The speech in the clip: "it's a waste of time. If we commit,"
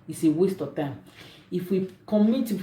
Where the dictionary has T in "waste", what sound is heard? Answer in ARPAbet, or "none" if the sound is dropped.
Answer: T